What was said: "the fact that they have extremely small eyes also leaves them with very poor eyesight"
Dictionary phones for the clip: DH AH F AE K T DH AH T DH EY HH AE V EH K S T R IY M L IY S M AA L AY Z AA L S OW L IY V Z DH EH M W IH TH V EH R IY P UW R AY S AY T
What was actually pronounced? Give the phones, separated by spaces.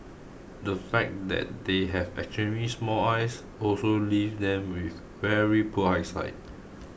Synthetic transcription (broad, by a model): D AH F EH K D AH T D EY HH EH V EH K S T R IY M IY S M AA L AY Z AA L S OW L IY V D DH EH M W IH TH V EH R IY P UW AY S AY T